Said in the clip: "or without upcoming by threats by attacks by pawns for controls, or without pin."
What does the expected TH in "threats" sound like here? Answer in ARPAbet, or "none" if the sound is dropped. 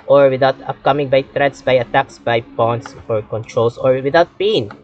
T